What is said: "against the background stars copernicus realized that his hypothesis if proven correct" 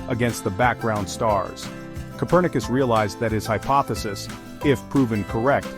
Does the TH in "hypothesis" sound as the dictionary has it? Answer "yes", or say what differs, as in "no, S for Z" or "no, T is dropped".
yes